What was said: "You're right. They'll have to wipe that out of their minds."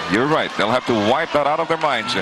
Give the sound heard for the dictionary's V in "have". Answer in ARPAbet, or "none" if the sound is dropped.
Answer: F